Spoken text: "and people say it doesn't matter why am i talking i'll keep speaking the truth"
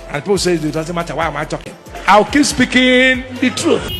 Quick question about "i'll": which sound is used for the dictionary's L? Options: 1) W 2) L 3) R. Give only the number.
1